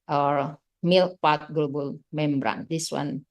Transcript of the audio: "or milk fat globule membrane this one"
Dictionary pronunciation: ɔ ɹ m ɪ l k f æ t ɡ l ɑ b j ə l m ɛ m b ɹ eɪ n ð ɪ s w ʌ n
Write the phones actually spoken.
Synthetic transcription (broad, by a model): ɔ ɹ m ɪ l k p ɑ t ɡ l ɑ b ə l m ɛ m b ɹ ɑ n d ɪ s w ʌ n